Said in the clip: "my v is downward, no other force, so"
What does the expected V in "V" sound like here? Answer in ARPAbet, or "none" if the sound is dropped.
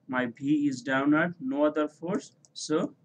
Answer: B